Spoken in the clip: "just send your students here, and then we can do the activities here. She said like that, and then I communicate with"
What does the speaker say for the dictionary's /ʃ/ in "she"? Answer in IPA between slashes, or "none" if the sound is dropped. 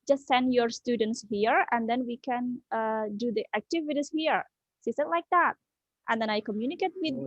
/s/